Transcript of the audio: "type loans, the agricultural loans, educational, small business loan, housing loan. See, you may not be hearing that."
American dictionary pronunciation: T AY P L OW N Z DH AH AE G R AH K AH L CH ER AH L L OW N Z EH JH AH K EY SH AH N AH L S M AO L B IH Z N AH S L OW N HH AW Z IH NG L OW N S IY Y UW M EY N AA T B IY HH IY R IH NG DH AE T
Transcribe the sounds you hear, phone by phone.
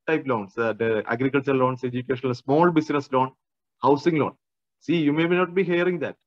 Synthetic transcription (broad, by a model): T AY P L OW N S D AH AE G R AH K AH L CH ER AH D L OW N S EH JH AH K EY SH AH N AH L S M AO L B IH S N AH S L OW N HH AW S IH NG L OW N S IY Y UW M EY N AA T B IY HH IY R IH NG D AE T